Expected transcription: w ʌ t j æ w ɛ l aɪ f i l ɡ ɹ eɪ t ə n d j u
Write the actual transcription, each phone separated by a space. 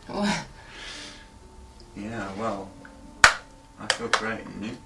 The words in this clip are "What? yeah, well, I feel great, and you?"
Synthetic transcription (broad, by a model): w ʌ j æ w ɛ l aɪ f i l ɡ ɹ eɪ ə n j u